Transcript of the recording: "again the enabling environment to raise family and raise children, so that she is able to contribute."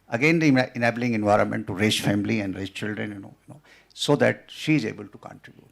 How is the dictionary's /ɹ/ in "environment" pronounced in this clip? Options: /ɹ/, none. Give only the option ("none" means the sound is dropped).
/ɹ/